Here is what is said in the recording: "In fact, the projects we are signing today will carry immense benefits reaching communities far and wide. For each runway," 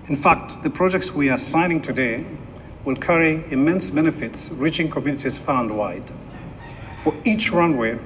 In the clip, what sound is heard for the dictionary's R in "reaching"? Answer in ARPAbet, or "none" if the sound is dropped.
R